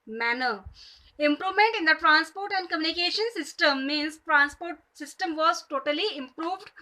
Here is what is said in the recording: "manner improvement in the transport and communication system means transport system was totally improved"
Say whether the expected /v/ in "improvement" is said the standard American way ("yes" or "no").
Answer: yes